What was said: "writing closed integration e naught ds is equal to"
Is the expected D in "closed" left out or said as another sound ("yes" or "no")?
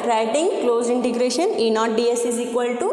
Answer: yes